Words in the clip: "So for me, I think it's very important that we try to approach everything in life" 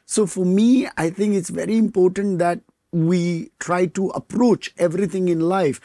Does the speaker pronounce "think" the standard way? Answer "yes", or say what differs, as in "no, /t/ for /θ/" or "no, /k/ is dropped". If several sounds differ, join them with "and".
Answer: no, /t/ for /θ/